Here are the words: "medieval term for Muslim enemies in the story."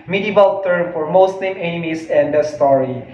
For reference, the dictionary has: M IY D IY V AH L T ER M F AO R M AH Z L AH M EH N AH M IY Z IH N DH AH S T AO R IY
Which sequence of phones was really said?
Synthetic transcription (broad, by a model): M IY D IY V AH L T ER M F AO R M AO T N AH M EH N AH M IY S IH N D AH S T AO R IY